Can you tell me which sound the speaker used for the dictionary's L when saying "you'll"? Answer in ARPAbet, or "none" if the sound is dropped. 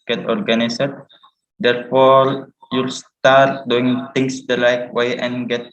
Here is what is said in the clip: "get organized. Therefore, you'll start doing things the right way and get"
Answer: L